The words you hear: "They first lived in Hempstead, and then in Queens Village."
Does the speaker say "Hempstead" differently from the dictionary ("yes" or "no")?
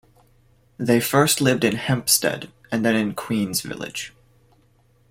no